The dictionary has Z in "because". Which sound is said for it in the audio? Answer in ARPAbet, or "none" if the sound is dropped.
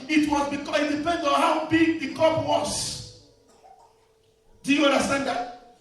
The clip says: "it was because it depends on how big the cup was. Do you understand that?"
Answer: none